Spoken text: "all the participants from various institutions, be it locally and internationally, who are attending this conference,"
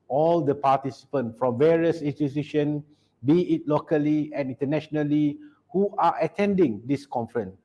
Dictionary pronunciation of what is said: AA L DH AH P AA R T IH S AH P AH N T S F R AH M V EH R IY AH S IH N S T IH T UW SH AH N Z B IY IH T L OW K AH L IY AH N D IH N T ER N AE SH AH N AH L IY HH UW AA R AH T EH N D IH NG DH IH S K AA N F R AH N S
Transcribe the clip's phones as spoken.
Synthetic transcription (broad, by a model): AA L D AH P AA T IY S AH P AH N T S F R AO M V EH R IY AH S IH N S T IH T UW SH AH N B IY IH T L OW K AH L IY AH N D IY N T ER N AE SH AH N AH L IY HH UW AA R AH T EH N D IH NG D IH S K AA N F R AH N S